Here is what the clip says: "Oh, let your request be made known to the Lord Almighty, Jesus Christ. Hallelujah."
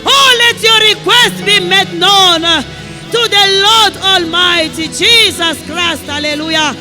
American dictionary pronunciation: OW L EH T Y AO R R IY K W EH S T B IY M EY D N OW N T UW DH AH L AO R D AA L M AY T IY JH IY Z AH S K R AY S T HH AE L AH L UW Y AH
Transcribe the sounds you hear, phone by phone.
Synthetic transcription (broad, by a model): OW L EH T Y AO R R IY K W EH S T B IY M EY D N OW N T UW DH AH L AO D AA L M AY T IY JH IY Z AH S K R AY S T HH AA L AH L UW Y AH